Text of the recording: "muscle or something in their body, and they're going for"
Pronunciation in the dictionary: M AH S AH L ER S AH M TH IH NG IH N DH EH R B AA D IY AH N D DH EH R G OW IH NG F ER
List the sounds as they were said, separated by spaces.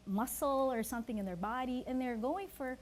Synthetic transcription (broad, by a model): M AH S L ER S AH M TH IH NG IH N DH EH R B AA D IY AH N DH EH R G OW IH NG F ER